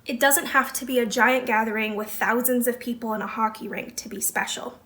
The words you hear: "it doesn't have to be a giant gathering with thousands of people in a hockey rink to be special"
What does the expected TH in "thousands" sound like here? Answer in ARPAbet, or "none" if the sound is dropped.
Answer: TH